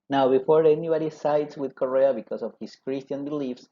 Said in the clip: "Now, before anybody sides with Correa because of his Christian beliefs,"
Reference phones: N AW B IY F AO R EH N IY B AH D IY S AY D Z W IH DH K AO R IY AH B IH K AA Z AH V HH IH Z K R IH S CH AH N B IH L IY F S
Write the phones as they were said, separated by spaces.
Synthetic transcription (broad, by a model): N AW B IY F AO R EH N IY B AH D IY S AY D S W IH DH K AO R IY AH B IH K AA S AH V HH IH S K R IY S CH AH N B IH L IY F S